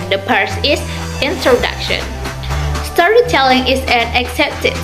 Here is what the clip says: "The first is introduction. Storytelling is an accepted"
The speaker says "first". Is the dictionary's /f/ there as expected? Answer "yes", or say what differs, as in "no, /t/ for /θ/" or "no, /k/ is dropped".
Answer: no, /p/ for /f/